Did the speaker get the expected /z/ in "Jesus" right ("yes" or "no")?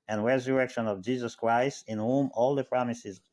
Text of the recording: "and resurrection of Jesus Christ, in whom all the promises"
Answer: yes